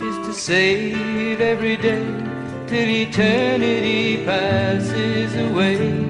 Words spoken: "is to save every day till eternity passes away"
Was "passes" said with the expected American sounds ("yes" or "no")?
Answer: yes